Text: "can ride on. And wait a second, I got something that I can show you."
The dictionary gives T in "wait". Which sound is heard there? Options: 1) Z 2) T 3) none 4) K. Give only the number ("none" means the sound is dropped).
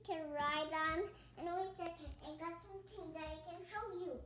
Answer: 3